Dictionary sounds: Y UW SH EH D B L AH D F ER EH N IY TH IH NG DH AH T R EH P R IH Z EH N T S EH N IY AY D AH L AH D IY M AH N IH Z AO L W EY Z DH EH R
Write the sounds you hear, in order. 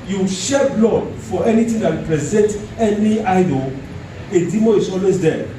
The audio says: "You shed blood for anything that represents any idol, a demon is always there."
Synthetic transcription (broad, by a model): Y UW SH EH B L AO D F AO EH N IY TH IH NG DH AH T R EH P R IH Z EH N T EH N IY AY D AH L AH D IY M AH IH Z AO L W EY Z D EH